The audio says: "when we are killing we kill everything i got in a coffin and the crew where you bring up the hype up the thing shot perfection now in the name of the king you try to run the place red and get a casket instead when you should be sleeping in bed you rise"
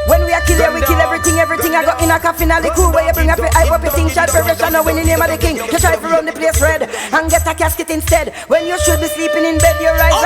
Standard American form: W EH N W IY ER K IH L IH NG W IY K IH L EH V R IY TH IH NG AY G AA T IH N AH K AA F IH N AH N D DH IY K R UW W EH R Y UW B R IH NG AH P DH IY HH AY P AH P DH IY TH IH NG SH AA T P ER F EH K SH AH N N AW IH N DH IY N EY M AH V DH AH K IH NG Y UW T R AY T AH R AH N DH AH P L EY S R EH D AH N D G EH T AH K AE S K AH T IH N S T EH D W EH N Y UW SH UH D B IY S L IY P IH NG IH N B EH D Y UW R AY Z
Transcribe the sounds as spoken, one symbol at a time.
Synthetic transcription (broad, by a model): W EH N W IY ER K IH L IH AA W IY K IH L EH V R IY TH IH NG AY G AA T IH N AH K AA F IH N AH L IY K UW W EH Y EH B R IH NG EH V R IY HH AY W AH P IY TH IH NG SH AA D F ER EH SH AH N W IH N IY N EY M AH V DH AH K IH NG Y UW T R AY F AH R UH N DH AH P L EY S R EH D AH N G EH T AH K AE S K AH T IH N S T EH D W EH N Y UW SH UH D B IY S L IY P IH NG IH N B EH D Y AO R AY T